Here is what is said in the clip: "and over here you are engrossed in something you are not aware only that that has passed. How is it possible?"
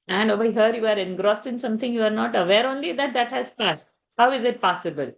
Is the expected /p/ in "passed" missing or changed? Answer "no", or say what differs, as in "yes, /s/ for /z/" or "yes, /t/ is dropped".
no